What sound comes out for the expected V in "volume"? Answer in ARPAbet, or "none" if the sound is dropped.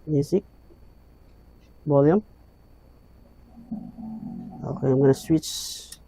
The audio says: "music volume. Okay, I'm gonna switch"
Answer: B